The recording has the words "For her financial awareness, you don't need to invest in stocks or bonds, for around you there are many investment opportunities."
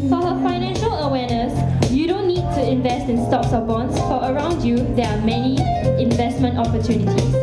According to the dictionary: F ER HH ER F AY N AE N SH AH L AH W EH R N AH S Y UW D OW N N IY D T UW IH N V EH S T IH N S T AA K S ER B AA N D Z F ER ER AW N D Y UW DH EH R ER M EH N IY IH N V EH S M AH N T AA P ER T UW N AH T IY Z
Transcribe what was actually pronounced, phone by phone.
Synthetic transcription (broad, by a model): F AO HH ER F AY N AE N SH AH L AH W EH N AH S Y UW D OW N N IY D T UW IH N V EH S T IH N S T AA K S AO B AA N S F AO ER AW N D Y UW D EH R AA M EH N IY IH N V EH S M AH N T AA P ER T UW N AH T IY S